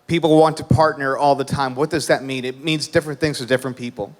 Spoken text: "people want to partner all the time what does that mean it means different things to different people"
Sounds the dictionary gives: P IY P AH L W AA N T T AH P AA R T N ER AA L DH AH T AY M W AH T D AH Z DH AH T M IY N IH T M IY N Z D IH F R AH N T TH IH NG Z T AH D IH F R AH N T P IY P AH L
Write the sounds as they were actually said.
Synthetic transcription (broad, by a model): P IY P L W AA N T T AH P AA R T N ER AA L DH AH T AY M W AH T D AH Z DH AH T M IY N IH T M IY N Z D IH F R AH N TH IH NG Z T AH D IH F R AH N P IY P L